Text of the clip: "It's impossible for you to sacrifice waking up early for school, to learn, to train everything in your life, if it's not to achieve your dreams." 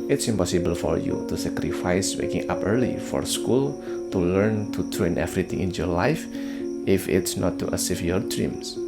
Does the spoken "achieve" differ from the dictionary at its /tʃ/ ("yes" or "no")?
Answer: yes